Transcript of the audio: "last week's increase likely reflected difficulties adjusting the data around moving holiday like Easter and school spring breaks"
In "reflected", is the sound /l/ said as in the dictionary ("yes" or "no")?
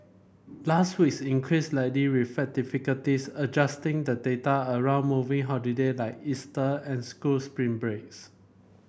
no